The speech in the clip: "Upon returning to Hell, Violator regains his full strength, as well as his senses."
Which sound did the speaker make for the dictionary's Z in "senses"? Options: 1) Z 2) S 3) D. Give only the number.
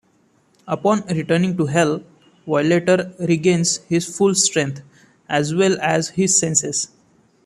2